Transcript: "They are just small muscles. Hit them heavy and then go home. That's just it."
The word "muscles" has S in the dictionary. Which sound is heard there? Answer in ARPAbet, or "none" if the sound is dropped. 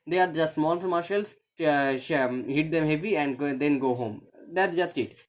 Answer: SH